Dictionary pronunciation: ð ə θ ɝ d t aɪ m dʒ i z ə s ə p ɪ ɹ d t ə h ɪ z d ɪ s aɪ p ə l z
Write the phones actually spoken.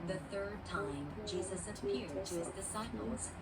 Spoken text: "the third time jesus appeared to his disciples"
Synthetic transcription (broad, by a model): ð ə θ ɝ d t aɪ m dʒ i z ə s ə p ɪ ɹ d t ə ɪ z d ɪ s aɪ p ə l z